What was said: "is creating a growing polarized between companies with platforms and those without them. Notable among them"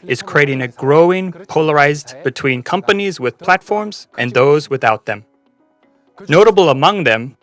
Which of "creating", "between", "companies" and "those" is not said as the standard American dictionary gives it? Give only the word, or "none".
none